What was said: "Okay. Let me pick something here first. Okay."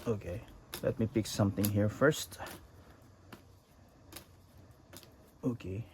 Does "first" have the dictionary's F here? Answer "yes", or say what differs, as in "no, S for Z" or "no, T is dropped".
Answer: yes